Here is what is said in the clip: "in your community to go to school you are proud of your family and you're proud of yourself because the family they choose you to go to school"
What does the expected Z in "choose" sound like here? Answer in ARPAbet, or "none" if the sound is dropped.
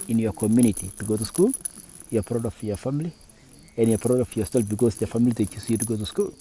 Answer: S